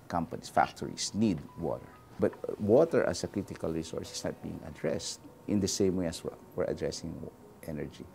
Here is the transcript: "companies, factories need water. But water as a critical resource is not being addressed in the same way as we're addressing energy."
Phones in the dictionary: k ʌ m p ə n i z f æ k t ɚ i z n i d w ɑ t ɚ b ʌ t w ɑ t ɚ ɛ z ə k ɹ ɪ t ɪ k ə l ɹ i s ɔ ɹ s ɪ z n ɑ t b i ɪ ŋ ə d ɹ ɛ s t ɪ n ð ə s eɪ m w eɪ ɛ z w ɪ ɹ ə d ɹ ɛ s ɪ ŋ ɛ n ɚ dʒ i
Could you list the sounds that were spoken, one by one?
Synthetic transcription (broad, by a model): k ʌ m p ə n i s f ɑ k t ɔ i s n i d w ɑ t ɚ b ʌ t w ɑ t ɚ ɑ s ə k ɹ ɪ t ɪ k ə l ɹ i s ɔ ɹ s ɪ s n ɑ t b i ɪ ŋ ə d ɹ ɛ s t ɪ n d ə s eɪ m w eɪ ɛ s w ɪ ɹ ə d ɹ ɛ s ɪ ŋ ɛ n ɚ dʒ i